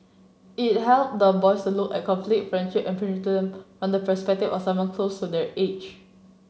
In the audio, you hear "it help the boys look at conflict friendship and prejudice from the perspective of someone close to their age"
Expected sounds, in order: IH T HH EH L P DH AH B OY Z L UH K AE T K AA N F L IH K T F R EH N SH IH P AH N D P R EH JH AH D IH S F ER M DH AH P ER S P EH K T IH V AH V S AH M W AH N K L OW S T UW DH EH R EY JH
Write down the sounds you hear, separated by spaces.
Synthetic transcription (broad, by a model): IH T HH EH L P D AH B OY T L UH K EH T K AA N F L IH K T F R EH N SH IH P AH N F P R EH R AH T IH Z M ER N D AH P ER S P EH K T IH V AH F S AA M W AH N K L OW S T UW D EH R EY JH